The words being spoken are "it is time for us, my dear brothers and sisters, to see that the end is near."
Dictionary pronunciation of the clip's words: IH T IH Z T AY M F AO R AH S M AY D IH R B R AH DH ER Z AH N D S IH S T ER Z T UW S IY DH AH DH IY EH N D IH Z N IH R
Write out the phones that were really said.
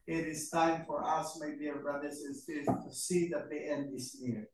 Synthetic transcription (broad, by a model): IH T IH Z T AY M F AO R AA S M AY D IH R B R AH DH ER S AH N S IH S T T UW S IY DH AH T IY EH N D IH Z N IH R